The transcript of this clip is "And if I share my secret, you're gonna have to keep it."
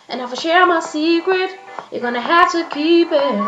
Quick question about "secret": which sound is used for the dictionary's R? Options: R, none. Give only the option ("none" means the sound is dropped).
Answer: R